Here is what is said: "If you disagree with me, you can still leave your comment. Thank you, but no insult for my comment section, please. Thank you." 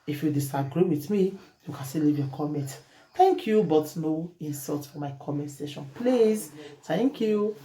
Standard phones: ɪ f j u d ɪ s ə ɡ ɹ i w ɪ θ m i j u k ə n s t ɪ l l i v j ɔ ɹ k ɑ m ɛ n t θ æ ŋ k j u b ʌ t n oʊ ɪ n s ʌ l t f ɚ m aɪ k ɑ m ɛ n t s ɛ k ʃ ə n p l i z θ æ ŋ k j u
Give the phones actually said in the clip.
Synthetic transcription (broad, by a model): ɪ f j u d ɪ s ə ɡ ɹ i w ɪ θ m i j u k ə n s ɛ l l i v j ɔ k ɑ m ɛ n t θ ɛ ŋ k j u b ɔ t n oʊ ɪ n s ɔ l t f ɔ m aɪ k ɑ m ɛ n t s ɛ ʃ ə n p l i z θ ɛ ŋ k j u